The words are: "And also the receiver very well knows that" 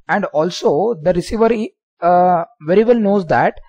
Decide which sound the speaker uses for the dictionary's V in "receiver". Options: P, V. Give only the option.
V